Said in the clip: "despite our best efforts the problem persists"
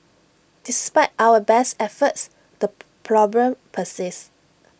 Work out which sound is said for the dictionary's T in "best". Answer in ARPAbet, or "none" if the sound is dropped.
T